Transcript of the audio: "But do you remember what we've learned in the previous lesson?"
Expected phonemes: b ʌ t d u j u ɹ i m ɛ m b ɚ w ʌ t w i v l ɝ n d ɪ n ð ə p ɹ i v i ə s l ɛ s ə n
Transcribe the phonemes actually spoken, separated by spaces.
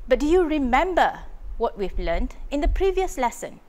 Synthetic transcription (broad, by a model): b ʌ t d u j u ɹ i m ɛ m b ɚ w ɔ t w i v l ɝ n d ɪ n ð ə p ɹ i v i ə s l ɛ s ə n